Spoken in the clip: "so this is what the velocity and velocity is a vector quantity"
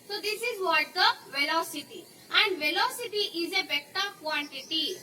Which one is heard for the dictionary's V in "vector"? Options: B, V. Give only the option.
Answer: B